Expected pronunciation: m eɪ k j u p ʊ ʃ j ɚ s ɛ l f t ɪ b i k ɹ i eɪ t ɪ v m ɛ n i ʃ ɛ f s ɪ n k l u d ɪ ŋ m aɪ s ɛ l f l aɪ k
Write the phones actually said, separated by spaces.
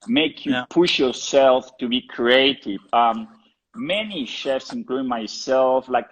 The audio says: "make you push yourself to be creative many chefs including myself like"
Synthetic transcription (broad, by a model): m eɪ k j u p ʊ ʃ j ɚ s ɛ l f t ɪ b i k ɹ i eɪ t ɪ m m ɛ n i ʃ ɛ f s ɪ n k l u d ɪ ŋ m aɪ s ɛ l f l aɪ k